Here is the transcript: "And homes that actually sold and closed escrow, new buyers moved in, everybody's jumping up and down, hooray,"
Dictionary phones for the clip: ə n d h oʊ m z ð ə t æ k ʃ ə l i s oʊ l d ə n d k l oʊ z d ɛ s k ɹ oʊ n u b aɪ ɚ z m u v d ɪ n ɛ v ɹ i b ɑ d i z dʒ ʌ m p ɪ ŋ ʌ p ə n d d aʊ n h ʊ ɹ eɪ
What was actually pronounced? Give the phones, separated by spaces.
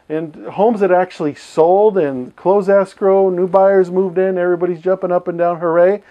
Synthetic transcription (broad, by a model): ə n h oʊ m z ð ə t æ k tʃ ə l i s oʊ l d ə n k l oʊ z ɛ s k ɹ oʊ n u b aɪ ɚ z m u v d ɪ n ɛ v ɹ i b ɑ d i z dʒ ʌ m p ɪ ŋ ʌ p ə n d d aʊ n h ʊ ɹ eɪ